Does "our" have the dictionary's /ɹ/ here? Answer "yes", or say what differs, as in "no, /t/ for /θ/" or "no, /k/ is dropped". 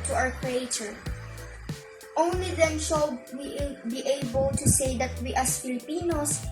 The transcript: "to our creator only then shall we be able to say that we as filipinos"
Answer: no, /w/ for /ɹ/